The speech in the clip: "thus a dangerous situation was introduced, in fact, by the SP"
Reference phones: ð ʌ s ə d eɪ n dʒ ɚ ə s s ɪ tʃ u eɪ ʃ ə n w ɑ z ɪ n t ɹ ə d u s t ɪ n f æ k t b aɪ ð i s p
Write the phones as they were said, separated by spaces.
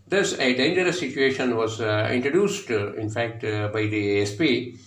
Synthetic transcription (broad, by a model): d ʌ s ə d eɪ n dʒ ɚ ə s s ɪ tʃ u eɪ ʃ ə n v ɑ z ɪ n t ɹ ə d u s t ɪ n f æ k t b aɪ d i s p